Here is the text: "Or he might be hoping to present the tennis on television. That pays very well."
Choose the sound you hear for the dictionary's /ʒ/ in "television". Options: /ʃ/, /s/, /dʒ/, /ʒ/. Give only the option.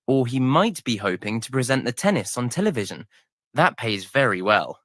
/ʒ/